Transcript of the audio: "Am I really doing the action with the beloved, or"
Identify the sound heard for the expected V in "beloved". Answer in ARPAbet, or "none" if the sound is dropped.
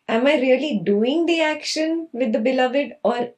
V